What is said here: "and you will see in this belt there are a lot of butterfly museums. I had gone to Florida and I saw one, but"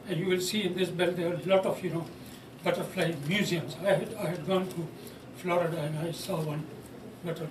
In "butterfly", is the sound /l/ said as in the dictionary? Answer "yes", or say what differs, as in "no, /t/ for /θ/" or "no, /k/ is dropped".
yes